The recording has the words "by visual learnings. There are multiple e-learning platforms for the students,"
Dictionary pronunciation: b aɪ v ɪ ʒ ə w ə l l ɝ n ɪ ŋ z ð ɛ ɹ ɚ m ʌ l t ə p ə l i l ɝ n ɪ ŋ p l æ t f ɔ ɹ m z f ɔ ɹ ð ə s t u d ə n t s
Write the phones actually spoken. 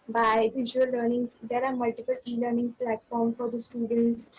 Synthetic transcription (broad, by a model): b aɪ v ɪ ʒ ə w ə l l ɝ n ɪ ŋ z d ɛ ɹ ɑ m ʌ l t ə p ə l i l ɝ n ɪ ŋ p l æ t f ɔ ɹ m f ɔ ɹ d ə s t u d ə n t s